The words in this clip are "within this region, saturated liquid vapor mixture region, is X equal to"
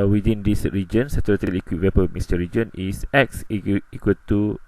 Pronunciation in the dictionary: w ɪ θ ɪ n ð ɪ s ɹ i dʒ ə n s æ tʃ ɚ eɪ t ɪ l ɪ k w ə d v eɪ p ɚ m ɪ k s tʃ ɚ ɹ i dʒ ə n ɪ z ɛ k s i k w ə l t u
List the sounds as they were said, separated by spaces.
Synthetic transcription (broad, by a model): w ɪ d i n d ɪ s ɹ i dʒ ə n s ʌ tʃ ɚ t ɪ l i k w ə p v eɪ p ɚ m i s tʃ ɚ ɹ i dʒ ə n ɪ s ɛ k s i k w ə l t u